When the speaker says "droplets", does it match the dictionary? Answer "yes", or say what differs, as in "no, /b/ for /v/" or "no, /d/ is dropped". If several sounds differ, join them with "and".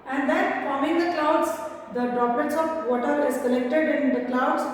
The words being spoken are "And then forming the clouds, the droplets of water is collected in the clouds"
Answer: no, /l/ is dropped